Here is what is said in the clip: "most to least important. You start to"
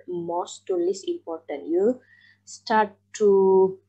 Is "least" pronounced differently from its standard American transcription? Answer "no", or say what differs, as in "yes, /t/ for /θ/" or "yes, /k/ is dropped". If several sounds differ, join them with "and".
yes, /t/ is dropped